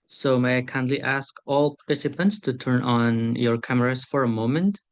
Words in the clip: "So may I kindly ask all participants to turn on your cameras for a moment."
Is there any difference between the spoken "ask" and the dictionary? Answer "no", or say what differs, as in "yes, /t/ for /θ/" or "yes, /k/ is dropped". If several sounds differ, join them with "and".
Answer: no